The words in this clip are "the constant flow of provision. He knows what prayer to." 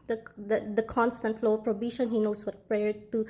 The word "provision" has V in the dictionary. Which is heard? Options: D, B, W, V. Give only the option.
B